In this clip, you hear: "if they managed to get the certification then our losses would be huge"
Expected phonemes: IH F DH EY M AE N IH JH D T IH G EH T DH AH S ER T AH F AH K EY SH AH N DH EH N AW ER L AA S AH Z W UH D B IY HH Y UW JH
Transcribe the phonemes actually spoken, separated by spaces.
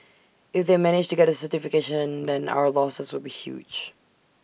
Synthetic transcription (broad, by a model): IH F DH EY M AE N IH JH T IH G EH T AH S ER T AH F AH K EY SH AH N DH EH N AW ER L AA S AH Z W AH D B IY HH Y UW JH